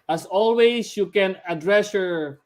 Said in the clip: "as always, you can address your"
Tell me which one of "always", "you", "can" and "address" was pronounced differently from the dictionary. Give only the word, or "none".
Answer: always